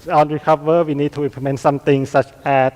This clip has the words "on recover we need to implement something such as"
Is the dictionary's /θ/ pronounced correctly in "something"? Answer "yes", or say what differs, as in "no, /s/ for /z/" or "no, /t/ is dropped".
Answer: no, /t/ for /θ/